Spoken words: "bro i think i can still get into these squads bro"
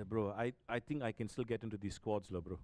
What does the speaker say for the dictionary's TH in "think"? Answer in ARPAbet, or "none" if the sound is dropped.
T